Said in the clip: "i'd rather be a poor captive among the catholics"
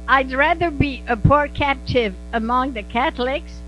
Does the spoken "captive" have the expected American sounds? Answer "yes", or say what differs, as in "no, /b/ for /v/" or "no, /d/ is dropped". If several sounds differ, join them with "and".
yes